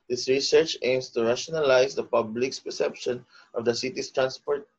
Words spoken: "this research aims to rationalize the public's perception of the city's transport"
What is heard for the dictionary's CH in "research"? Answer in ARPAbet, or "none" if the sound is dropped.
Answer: CH